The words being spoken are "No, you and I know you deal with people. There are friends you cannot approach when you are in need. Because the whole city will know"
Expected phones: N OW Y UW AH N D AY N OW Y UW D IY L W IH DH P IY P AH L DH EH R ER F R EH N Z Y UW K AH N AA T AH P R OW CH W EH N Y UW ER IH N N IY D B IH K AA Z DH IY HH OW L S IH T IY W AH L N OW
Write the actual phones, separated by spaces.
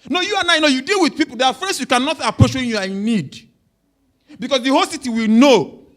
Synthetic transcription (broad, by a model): N OW Y UW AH N AY N OW Y UW D IY L W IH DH P IY P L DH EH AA F R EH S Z Y UW K AH N AA T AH P R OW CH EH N Y UW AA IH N N IY D B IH K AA S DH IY HH OW L S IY T IY W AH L N OW